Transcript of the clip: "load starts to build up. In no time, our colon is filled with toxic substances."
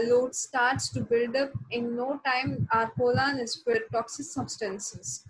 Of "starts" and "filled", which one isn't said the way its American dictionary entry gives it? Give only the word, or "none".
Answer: filled